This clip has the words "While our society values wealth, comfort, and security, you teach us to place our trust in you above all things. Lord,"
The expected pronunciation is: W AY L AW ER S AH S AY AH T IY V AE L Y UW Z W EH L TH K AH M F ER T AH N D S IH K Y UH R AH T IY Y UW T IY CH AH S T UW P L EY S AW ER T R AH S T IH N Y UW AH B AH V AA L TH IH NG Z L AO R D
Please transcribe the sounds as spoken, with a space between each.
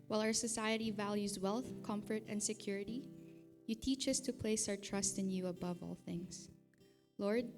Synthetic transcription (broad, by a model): W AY L AW ER S AH S AY AH T IY V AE L Y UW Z W EH L TH K AH M F ER T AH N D S IH K Y UH R AH T IY Y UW T IY CH AH S T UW P L EY S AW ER T R AH S T IH N Y UW AH B AH V AA L TH IH NG S L AO R D